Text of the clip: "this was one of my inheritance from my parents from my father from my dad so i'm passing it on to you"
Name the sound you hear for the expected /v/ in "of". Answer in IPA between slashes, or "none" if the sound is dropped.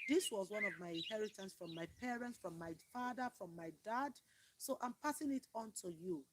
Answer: /v/